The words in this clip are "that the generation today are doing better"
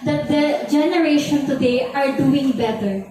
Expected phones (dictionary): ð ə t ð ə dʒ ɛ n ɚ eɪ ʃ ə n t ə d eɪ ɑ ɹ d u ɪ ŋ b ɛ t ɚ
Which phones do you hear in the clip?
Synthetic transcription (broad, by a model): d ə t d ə dʒ ɛ n ɚ eɪ ʃ ə n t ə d eɪ ɑ ɹ d u ɪ ŋ b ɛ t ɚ